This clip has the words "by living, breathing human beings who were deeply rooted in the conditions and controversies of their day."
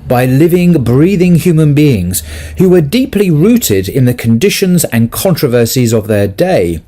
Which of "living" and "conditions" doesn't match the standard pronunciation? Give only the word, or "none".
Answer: none